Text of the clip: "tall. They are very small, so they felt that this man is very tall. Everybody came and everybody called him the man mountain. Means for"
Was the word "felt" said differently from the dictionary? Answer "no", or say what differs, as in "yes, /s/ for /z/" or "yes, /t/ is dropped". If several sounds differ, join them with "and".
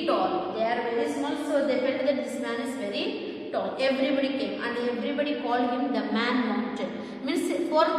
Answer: yes, /n/ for /l/